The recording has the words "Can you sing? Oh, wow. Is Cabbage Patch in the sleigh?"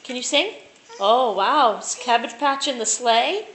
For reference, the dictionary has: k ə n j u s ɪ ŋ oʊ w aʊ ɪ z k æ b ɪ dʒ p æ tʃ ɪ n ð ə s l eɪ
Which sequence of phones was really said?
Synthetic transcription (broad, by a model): k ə n j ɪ s ɪ ŋ oʊ w aʊ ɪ s k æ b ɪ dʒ p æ tʃ ɪ n ð ə s l eɪ